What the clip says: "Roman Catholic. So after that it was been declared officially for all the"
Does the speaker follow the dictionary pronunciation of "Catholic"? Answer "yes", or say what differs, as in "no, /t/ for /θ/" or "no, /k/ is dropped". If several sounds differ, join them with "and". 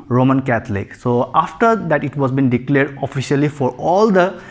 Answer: no, /t/ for /θ/